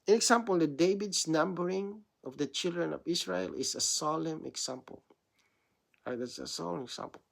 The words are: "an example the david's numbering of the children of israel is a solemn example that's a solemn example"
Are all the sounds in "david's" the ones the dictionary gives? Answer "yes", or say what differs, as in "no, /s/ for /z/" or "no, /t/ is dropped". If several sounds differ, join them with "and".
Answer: no, /s/ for /z/